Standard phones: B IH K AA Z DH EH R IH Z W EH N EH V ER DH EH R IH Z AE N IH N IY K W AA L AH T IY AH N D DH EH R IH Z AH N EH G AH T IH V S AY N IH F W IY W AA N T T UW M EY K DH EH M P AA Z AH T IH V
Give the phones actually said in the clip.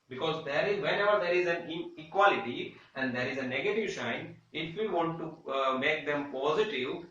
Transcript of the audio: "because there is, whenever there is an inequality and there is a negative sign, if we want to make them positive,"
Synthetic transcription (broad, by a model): B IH K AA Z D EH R IH Z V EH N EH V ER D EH R IH Z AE N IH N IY K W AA L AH T IY AH N D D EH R IH Z AH N EH G AH T IH V SH AY N IH F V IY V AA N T T UW M EY K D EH M P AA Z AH T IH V